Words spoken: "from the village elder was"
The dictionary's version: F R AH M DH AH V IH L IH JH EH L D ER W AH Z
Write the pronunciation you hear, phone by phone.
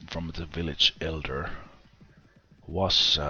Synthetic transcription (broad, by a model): F R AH M DH AH V IH L IH JH EH L D ER W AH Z